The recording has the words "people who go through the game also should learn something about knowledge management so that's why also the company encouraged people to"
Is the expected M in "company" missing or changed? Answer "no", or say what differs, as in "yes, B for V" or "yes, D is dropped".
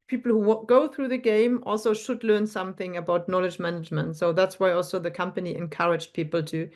no